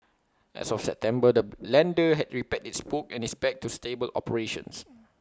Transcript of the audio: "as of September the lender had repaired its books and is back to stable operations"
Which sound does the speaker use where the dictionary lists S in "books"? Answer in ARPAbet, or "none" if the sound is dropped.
none